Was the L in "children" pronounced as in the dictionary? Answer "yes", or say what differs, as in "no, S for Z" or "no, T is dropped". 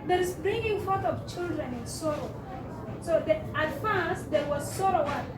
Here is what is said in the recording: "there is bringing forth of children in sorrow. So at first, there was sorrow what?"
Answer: yes